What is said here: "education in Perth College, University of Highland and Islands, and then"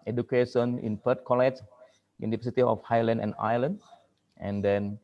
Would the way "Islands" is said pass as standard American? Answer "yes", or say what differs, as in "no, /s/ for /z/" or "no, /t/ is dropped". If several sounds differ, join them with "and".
no, /z/ is dropped